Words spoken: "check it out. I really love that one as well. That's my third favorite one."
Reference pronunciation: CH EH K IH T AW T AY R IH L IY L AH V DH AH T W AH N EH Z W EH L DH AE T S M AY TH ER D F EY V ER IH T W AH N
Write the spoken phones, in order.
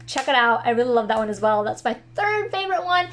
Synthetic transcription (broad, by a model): CH EH K IH T AW T AY R IH L IY L AH V DH AH T W AH N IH Z W EH L DH AE T S M AY TH ER D F EY V ER IH T W AH N